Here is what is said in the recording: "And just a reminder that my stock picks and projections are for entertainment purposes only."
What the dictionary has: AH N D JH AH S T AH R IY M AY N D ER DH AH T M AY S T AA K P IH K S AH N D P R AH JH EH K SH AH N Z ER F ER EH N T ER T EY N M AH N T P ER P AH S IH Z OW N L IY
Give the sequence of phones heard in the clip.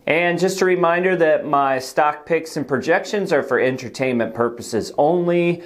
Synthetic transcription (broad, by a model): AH N JH AH S T AH R IY M AY N D ER DH AH T M AY S T AA K P IH K S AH N P R AH JH EH K SH AH N Z ER F ER EH N T ER T EY N M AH N P ER P AH S IH Z OW N L IY